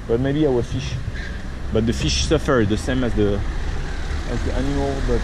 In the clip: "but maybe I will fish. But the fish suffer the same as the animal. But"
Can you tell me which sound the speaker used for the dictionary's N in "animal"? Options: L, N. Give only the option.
N